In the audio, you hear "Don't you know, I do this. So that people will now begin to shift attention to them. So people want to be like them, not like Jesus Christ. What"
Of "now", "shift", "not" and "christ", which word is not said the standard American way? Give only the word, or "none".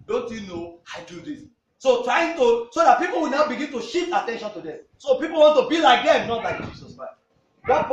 shift